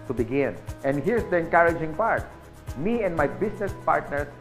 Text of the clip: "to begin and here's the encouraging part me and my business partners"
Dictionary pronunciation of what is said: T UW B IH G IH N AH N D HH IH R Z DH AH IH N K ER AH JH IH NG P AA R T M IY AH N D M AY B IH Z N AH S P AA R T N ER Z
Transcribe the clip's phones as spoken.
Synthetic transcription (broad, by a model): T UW B IH G IH N AH N D HH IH R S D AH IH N K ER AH JH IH NG P AA R T M IY AH N D M AY B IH S N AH S P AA R T N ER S